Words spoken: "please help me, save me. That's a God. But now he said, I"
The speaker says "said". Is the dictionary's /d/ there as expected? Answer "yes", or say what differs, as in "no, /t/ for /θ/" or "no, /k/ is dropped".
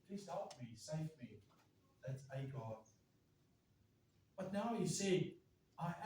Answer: no, /d/ is dropped